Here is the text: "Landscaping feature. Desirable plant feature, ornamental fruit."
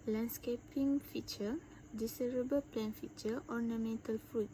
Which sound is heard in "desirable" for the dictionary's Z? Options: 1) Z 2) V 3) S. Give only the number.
3